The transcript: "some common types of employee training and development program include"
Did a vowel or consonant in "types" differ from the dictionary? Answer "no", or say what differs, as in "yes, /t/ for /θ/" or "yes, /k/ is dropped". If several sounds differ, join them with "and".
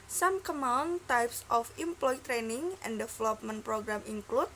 no